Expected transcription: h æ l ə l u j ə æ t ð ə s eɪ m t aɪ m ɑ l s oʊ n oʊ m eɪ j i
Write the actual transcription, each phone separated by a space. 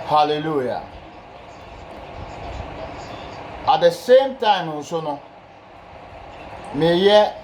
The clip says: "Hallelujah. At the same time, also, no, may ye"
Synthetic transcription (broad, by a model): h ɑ l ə l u j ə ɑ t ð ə s eɪ m t aɪ m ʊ s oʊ n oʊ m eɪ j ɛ